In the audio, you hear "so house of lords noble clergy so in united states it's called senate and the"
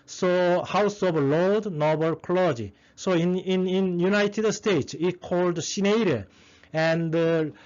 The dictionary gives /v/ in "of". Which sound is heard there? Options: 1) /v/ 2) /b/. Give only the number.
2